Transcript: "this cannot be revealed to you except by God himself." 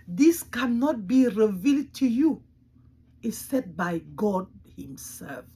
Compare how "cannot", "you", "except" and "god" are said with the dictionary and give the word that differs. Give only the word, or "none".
except